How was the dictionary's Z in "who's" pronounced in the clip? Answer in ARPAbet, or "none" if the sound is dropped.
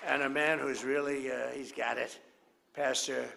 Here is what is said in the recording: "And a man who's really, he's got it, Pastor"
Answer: Z